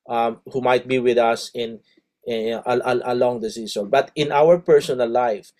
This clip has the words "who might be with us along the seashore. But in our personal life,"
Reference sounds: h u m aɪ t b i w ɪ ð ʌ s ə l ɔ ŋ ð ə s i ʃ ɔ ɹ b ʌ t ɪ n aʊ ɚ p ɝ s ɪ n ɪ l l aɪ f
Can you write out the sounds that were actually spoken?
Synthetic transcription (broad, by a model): h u m aɪ t b i w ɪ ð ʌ s ə l ɔ ŋ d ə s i s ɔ b ʌ t ɪ n aʊ ɚ p ɝ s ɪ n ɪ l l aɪ f